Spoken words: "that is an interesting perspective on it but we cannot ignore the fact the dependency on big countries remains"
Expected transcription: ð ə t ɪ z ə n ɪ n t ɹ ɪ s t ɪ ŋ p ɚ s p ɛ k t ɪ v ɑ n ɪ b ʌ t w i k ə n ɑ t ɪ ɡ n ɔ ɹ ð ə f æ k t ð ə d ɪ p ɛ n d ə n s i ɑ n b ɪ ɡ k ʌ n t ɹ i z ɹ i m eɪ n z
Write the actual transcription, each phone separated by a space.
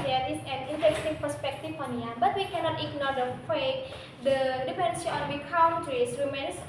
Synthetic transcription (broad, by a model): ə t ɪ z ə n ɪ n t ɪ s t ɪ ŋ p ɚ s p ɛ k t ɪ f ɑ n ɪ b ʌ t w i k ə n ɑ t ɪ ɡ n ɔ ɹ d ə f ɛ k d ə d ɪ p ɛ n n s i ɑ n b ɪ k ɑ n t ɹ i s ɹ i m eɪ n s